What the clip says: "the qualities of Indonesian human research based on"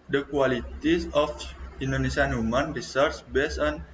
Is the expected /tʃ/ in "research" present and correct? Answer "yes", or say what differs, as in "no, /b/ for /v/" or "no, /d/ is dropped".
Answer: no, /s/ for /tʃ/